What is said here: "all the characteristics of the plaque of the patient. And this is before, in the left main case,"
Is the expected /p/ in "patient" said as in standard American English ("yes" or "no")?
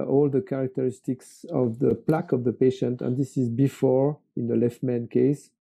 yes